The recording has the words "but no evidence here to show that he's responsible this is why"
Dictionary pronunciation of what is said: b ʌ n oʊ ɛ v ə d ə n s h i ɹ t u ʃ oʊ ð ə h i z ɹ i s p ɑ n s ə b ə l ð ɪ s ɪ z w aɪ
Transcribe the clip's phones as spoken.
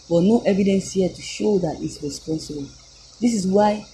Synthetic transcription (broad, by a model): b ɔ n oʊ ɛ v ə d ə n s h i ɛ t u ʃ oʊ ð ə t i s ɹ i s p ɑ n s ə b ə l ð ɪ s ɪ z w aɪ